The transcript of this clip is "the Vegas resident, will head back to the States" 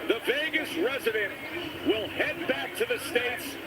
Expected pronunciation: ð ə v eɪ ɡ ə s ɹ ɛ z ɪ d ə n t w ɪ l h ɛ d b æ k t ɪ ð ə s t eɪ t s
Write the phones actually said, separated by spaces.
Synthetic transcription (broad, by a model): ð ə v eɪ ɡ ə s ɹ ɛ z ɪ d ə n t w ɪ l h ɛ d b æ k t ɪ ð ə s t eɪ t s